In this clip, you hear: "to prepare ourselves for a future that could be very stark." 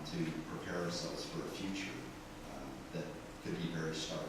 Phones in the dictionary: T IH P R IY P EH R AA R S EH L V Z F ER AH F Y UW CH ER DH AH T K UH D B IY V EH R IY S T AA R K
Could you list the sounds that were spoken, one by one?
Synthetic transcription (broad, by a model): T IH P R IY P EH R AA R S EH L V Z F ER AH F Y UW CH ER DH AH T K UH D B IY V EH R IY S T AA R